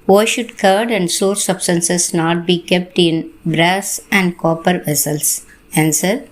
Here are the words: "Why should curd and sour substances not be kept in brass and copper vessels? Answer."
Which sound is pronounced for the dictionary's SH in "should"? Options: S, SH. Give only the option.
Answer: SH